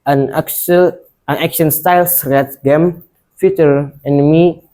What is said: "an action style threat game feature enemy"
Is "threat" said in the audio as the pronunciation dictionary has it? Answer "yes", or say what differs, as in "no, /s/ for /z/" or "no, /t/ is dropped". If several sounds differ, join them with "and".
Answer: no, /s/ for /θ/